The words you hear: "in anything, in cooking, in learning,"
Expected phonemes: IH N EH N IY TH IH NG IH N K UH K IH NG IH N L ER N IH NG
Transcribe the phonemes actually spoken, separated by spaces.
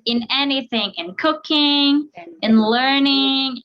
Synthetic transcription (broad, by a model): IH N EH N IY TH IH NG IH N K UH K IH NG IH N L ER N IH NG